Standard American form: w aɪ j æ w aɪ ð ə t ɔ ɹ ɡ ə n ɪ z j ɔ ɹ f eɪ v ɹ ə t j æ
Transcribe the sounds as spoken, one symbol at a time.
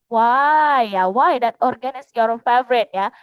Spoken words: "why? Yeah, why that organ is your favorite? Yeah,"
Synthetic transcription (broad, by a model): w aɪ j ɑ w aɪ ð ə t ɔ ɹ ɡ ə n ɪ s j ɔ ɹ f eɪ v ɹ ə t j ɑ